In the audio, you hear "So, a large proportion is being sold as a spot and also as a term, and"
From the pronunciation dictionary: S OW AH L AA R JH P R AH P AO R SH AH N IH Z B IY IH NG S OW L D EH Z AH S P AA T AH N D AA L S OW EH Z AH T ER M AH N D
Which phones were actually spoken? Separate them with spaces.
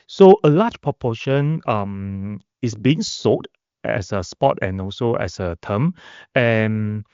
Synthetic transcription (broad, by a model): S OW AH L AA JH P R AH P AO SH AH N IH S B IY IH NG S OW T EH S AH S P AA T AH N AA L S OW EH S AH T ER M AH N